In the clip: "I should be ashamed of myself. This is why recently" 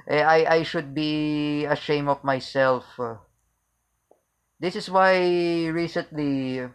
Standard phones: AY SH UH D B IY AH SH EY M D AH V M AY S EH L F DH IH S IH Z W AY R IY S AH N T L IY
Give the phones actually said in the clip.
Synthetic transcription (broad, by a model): AY SH UH D B IY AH SH EY M AH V M AY S EH L F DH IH S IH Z W AY R IY S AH N T L IY